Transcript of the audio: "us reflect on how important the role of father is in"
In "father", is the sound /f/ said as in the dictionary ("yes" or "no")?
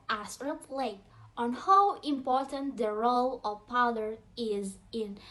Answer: no